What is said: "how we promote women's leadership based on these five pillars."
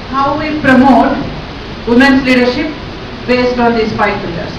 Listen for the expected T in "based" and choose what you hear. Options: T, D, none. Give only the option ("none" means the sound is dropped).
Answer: T